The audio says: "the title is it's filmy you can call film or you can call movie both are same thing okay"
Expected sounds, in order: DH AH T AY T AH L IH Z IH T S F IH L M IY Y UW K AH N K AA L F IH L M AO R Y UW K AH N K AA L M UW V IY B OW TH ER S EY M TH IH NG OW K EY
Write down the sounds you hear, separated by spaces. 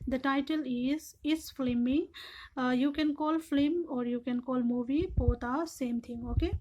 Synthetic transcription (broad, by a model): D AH T AY T AH L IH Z IH T S F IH M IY Y UW K AH N K AA L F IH M AO R Y UW K AH N K AA L M UW V IY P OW T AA S EY M T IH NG OW K EY